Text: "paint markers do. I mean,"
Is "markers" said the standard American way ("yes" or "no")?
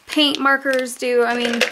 yes